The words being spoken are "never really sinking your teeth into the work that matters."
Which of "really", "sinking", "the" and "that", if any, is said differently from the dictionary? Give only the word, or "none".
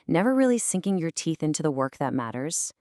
none